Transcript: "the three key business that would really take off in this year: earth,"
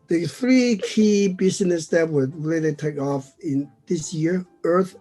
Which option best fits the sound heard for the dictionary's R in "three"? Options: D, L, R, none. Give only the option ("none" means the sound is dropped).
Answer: R